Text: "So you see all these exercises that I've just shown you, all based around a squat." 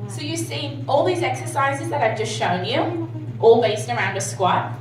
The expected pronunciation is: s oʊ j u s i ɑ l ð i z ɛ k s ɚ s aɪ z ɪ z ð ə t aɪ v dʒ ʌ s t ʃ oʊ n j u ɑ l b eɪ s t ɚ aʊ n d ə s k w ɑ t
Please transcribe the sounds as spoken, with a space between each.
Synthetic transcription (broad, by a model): s oʊ j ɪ s i ɑ l ð i z ɛ k s ɚ s aɪ z ɪ z ð ə t aɪ v dʒ ʌ s t ʃ oʊ n j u ɑ l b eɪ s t ɚ aʊ n d ə s k w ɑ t